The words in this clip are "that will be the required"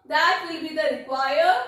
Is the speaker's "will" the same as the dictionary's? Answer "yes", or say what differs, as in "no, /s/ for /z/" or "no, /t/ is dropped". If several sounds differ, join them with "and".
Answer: yes